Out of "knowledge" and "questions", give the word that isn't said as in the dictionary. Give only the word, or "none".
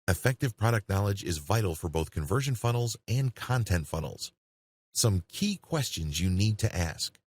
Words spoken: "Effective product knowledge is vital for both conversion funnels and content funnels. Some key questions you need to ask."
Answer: none